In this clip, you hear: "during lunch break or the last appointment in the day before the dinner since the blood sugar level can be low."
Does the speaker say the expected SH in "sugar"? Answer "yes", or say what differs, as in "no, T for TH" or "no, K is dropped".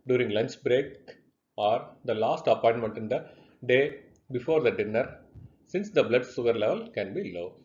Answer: no, S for SH